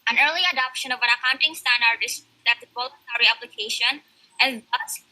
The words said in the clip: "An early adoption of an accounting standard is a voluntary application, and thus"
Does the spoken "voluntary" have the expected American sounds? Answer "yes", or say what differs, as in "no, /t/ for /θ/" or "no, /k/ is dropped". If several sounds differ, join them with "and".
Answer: no, /l/ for /n/